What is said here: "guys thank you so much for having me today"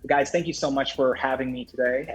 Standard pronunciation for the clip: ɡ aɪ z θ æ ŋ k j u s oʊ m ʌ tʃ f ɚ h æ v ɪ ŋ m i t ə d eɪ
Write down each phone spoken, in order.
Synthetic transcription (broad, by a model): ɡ aɪ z θ æ ŋ k j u s oʊ m ʌ tʃ f ɚ h æ v ɪ ŋ m i t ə d eɪ